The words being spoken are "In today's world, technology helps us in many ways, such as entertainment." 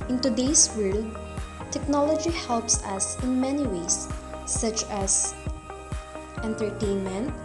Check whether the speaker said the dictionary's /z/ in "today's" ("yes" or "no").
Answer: no